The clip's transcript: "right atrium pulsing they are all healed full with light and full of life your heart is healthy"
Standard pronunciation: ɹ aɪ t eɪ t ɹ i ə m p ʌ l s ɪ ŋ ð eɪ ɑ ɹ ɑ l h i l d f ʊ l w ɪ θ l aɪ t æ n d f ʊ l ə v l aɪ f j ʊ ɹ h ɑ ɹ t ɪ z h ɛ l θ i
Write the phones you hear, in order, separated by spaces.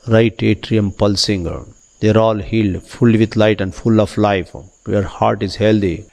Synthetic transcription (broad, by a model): ɹ aɪ t eɪ t ɹ i ə m p ʌ l s ɪ ŋ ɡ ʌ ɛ ɹ ɑ l h i l d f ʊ l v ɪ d l aɪ t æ n d f ʊ l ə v l aɪ f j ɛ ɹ h ɑ ɹ t ɪ z h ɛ l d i